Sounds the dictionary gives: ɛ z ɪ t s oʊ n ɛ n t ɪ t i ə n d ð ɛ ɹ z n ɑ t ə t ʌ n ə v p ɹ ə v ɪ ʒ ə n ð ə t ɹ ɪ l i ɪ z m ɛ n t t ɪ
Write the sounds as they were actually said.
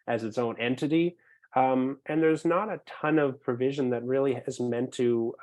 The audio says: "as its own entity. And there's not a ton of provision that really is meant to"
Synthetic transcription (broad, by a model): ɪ z ɪ t s oʊ n ɛ n t ɪ t i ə n ð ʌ ɹ z n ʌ t ə t ʌ n ə v p ɹ ə v ɪ ʒ ə n ð ə t ɹ ɪ l i ɪ z m ɛ n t t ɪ